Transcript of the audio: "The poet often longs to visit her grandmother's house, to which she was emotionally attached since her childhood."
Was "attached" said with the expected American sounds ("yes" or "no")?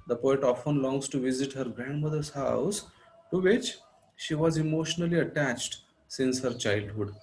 yes